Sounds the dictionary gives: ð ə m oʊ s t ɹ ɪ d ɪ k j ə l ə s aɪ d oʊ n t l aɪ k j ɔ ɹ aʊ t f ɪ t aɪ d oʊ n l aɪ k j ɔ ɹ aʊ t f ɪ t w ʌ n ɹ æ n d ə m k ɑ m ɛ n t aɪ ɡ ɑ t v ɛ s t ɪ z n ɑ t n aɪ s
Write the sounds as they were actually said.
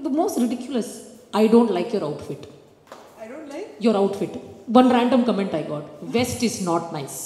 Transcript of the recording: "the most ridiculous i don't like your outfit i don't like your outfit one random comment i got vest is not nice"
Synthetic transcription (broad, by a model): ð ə m oʊ s t ɹ ɪ d ɪ k j ə l ə s aɪ d oʊ n t l aɪ k j ɔ ɹ aʊ t f ɪ t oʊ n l j ɔ ɹ aʊ t f ɪ t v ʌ n ɹ æ n d ə m k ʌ m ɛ n t aɪ ɡ ɑ t v ɛ s t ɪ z n ɑ t n aɪ s